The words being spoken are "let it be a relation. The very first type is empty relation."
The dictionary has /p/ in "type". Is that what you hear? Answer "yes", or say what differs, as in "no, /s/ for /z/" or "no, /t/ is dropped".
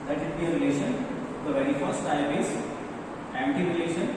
no, /b/ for /p/